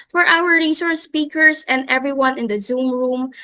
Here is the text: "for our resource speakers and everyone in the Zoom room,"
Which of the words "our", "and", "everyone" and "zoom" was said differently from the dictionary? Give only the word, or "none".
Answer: none